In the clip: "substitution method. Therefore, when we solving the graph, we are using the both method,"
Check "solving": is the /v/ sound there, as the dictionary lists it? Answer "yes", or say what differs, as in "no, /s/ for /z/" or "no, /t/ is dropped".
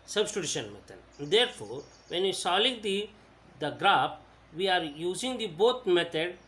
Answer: no, /v/ is dropped